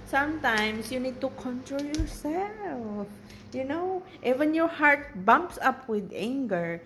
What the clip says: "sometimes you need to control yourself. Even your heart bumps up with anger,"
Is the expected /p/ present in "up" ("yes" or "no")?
yes